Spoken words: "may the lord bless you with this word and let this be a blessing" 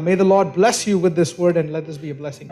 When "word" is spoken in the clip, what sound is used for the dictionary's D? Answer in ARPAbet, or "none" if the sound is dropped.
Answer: D